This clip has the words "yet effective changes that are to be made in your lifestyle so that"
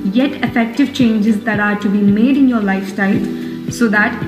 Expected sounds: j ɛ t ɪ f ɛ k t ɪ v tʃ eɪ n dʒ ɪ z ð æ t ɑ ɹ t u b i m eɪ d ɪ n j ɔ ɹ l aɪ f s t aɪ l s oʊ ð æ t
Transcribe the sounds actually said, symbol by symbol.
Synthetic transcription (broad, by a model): j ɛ t ɪ f ɛ k t ɪ v tʃ eɪ n dʒ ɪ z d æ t ɑ ɹ t u b i m eɪ d ɪ n j ɔ ɹ l aɪ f t aɪ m s oʊ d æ t